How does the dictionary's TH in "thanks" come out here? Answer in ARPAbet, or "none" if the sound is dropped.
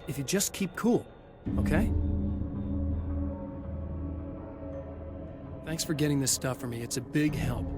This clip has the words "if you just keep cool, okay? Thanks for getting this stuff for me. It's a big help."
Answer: TH